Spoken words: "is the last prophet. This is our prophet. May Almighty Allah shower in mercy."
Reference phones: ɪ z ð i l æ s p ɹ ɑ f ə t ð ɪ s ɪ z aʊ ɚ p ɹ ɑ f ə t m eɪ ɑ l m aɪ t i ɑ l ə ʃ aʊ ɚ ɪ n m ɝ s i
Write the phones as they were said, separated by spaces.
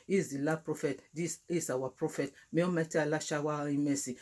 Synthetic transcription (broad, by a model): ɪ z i l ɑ p ɹ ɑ f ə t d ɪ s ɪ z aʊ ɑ p ɹ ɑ f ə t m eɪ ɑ m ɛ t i ɑ l ə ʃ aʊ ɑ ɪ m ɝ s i